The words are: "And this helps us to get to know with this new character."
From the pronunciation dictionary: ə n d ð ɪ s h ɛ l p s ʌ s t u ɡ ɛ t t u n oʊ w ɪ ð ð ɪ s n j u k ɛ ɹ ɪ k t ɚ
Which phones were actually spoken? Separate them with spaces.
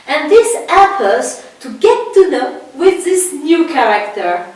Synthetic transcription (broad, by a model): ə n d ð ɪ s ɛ p ʌ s t u ɡ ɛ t t u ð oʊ w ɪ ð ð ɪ s n j u k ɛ ɹ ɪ k t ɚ